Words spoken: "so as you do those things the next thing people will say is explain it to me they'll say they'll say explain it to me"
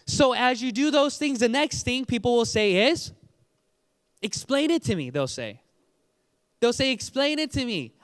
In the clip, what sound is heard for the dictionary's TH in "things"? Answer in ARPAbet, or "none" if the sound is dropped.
TH